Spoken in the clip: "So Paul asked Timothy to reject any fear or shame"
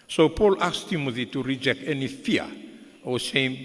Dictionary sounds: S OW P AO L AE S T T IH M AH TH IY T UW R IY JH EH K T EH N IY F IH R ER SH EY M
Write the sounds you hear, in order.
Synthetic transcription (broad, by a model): S OW P AO L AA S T T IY M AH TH IY T UW R IY JH EH K T EH N IY F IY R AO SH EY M